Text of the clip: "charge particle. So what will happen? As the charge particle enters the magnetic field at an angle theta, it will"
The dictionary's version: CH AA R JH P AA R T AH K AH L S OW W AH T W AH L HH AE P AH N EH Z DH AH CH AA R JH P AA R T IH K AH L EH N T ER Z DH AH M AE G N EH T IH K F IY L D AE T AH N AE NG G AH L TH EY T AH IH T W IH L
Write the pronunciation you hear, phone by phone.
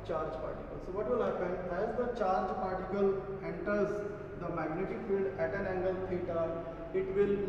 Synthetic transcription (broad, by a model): CH AA R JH P AA R T AH K AH L S OW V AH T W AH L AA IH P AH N EH Z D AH CH AA R JH P AA R T IH K AH L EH N T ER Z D AH M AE G N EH T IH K F IY L D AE T AH N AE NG G AH L T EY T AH IH T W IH L